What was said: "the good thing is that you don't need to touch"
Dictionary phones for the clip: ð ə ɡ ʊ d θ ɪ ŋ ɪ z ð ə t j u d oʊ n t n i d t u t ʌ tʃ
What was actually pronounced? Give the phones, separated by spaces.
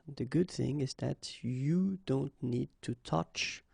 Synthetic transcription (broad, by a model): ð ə ɡ ʊ d θ ɪ ŋ ɪ z ð ə t j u d oʊ n t n i d t u t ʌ tʃ